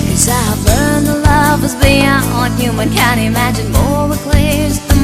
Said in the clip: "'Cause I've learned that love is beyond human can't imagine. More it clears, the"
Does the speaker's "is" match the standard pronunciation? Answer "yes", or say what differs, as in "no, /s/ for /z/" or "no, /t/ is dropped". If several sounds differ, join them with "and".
yes